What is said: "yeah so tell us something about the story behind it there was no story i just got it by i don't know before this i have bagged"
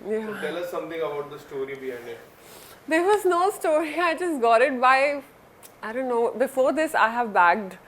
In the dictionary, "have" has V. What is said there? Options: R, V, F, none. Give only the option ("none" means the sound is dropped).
V